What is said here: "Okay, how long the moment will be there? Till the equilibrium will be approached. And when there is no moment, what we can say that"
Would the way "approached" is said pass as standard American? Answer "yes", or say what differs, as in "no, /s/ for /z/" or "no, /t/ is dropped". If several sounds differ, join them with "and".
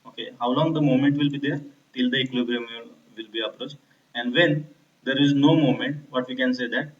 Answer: yes